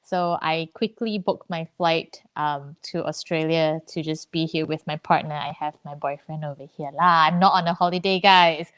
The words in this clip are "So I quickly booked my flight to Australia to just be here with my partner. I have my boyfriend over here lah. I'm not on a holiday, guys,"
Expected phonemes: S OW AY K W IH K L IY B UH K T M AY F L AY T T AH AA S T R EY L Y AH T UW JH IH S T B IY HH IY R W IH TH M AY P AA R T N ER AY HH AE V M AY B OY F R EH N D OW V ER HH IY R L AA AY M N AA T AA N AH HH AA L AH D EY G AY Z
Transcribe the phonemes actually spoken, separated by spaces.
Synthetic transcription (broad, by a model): S OW AY K W IH K L IY B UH K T M AY F L AY T T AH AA S T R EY L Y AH T UW JH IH S B IY HH IY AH W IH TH M AY P AA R T N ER AY HH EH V M AY B OY F R EH N D OW V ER HH IY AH L AA AY M N AA T AA N AH HH AA L AH D EY G AY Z